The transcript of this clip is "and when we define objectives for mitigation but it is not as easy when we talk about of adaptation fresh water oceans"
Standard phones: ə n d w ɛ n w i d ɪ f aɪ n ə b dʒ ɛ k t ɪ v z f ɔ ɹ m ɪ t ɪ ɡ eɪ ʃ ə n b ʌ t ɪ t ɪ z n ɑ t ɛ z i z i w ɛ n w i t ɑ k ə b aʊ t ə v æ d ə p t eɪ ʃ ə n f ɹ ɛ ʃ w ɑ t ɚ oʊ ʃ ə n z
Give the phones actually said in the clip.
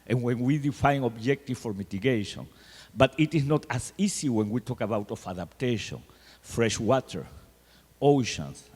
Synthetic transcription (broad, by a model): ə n w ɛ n w i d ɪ f aɪ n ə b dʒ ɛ k t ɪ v f ɔ ɹ m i t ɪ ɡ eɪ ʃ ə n b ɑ t ɪ t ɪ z n ɑ t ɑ s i s i w ɛ n w i t ɑ k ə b aʊ t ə f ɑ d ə p t eɪ ʃ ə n f ɹ ɛ ʃ w ɑ t ɚ oʊ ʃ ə n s